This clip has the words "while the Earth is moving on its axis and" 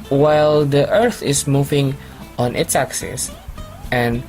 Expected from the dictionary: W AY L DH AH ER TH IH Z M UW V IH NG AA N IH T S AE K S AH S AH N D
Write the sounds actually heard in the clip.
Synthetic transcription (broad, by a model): W AY L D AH ER TH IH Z M UW V IH NG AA N IH T S AE K S AH S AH N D